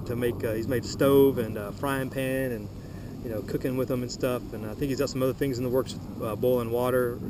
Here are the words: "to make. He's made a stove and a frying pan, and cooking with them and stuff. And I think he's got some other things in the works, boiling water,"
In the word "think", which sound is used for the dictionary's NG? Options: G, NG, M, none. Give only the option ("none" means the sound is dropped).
none